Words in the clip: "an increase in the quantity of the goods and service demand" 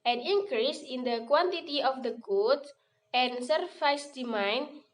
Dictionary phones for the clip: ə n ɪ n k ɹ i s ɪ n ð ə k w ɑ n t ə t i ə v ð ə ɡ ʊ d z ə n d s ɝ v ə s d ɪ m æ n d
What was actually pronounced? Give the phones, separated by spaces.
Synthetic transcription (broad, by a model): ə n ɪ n k ɹ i s ɪ n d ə k w ɑ n t ə t i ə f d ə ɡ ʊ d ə n s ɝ f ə s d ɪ m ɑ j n